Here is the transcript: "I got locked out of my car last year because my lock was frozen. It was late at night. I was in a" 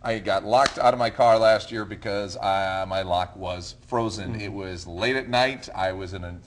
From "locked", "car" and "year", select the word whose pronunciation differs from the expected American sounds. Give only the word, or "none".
none